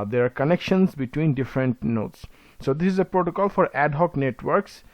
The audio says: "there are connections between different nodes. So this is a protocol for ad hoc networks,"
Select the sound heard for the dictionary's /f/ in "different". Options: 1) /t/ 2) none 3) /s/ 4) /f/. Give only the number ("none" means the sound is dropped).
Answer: 4